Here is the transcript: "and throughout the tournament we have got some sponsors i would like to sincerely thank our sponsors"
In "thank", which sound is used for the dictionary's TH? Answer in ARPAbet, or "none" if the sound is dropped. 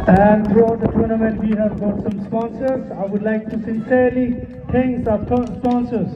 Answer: T